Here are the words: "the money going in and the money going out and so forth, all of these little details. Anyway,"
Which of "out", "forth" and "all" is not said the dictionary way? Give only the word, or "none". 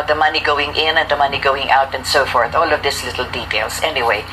none